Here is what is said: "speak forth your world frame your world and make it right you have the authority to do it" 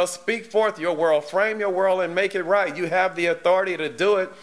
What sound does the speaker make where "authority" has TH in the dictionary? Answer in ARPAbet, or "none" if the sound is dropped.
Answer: TH